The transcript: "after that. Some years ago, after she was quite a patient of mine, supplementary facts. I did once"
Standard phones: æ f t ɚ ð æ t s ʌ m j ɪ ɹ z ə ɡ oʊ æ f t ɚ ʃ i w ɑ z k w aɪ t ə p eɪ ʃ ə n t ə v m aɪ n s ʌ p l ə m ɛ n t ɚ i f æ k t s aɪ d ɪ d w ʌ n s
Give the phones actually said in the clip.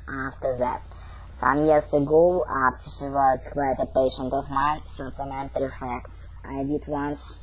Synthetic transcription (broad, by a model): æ f t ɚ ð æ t s ʌ m j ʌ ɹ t ə ɡ oʊ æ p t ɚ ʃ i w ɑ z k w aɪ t ə p eɪ ʃ ə n t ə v m aɪ n s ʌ p l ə m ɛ n t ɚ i f æ k t s aɪ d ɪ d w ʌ n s